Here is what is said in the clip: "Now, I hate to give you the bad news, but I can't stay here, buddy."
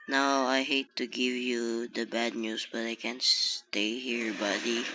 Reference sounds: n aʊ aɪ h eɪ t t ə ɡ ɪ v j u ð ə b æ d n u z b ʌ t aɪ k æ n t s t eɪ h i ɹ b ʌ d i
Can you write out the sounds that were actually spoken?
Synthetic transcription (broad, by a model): n aʊ aɪ h eɪ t t ə ɡ ɪ v j u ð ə b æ d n u s b ʌ t aɪ k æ n s t eɪ h i ɹ b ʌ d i